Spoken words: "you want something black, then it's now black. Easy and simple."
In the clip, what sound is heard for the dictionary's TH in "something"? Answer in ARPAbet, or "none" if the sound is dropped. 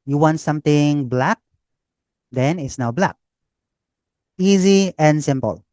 T